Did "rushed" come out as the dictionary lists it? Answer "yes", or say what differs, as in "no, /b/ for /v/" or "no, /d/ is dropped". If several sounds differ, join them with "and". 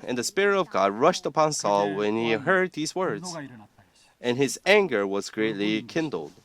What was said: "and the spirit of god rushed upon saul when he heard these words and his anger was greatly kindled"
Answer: yes